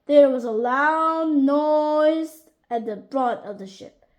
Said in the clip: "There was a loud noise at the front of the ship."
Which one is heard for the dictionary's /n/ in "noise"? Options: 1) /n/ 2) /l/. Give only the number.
1